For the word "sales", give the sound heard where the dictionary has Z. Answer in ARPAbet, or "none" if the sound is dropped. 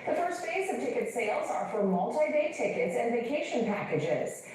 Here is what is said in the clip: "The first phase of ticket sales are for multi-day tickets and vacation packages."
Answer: Z